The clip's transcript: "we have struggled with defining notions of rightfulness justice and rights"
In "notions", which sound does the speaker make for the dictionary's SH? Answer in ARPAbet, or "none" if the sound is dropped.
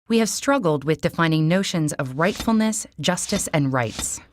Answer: SH